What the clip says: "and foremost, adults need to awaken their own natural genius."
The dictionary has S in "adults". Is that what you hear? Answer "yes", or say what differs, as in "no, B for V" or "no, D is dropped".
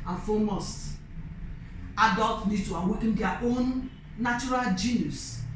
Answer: no, S is dropped